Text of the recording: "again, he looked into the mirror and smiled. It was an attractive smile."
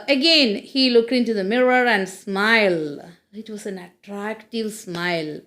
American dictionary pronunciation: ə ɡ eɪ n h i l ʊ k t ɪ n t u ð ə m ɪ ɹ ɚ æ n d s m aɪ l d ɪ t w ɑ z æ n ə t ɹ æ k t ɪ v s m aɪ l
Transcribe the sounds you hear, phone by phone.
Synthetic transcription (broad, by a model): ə ɡ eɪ n h i l ʊ k t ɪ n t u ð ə m ɪ ɹ ɚ æ n d s m aɪ l ɪ t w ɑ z æ n ə t ɹ æ k t ɪ v s m aɪ l